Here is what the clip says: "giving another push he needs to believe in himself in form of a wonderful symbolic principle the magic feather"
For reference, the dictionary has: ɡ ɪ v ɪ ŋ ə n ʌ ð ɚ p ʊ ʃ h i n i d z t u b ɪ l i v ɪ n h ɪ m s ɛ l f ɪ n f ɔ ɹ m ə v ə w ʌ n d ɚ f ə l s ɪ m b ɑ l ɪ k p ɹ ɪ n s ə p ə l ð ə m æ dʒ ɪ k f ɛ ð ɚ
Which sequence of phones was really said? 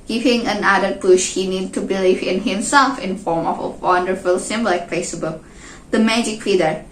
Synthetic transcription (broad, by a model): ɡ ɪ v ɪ ŋ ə n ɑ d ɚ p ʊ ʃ h i n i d t u b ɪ l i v ɪ n h ɪ m s ɛ l f ɪ n f ɔ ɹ m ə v ə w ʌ n d ɚ f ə l s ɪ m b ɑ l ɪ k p ɛ s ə b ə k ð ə m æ dʒ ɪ k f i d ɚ